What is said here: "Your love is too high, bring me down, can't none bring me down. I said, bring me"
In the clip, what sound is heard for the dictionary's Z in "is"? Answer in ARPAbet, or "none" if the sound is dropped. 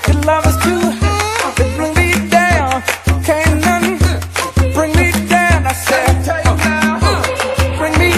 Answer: S